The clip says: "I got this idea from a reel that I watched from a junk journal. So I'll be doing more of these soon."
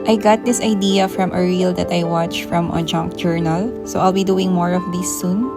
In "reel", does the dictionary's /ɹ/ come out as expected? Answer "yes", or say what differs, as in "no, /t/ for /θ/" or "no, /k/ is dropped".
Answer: yes